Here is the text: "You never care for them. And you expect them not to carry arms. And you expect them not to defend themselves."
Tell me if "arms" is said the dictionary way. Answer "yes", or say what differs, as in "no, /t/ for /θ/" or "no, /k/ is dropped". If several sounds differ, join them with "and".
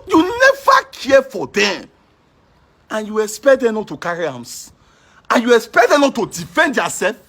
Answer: no, /s/ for /z/